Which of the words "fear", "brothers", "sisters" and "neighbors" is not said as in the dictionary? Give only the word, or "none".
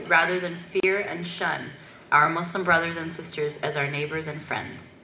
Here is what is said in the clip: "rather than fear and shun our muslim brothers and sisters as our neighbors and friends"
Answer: none